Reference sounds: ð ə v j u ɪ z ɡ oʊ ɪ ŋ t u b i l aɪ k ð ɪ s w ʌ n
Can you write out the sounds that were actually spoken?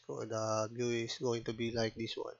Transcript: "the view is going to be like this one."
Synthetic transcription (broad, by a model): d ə b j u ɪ s ɡ oʊ ɪ ŋ t u b i l aɪ k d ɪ s w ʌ n